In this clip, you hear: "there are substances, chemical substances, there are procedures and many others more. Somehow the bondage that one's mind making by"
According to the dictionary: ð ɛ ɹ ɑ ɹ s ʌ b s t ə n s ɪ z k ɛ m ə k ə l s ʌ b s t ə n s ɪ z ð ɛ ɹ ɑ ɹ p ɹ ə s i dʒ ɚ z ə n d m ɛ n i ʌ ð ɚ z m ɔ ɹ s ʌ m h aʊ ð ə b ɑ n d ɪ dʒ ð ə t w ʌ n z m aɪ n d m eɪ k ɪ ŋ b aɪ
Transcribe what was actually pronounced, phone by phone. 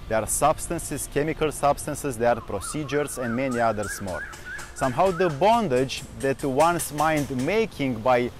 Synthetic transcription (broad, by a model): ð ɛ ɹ ɑ ɹ s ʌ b s t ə n s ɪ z k ɛ m ə k ə l s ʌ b s t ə n s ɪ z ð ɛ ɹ ɑ ɹ p ɹ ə s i dʒ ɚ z ə n d m ɛ n i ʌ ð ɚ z m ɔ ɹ s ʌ m h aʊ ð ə b ɑ n d ɪ dʒ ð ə t w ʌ n s m aɪ n d m eɪ k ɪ ŋ b aɪ